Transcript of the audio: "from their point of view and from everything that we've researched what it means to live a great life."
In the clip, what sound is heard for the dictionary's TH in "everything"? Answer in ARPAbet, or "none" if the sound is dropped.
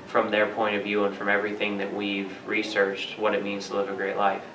TH